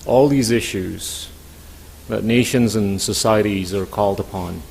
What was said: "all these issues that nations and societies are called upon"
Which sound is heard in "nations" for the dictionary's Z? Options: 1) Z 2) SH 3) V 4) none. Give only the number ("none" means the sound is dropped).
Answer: 1